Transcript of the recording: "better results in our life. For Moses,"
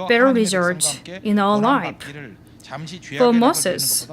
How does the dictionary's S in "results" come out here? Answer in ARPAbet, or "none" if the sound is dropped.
none